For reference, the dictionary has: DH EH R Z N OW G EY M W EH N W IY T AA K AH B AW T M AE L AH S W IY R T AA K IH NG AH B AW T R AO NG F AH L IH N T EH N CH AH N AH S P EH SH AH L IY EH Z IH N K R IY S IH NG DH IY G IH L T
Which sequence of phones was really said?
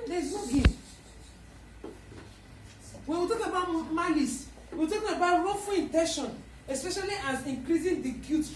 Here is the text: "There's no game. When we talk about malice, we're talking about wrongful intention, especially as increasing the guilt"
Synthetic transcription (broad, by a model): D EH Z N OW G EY W EH N W IY T AA K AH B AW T M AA L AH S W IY W T AA K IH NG AH B AW T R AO F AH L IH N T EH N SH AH N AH S P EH SH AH L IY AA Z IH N K R IY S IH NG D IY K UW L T